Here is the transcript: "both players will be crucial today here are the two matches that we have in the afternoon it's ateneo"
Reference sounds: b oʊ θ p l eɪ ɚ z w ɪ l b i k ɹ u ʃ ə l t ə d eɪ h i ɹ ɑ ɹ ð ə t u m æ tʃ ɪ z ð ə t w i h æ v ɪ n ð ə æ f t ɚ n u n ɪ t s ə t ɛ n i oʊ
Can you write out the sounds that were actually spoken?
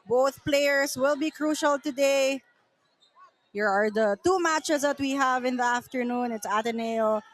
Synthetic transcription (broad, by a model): b oʊ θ p l eɪ ɚ s w ɪ l b i k ɹ u ʃ ə l t ə d eɪ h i ɹ ɑ ɹ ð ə t u m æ tʃ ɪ s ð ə t w i h æ v ɪ n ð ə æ f t ɚ n u n ɪ t s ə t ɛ n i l